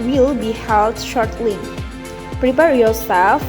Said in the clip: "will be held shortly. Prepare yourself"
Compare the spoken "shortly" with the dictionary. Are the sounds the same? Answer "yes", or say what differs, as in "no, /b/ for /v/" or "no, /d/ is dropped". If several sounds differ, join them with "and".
yes